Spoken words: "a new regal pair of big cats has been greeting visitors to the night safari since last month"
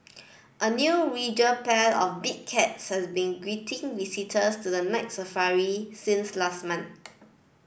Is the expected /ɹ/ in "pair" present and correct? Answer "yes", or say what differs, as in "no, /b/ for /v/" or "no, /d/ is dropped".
no, /l/ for /ɹ/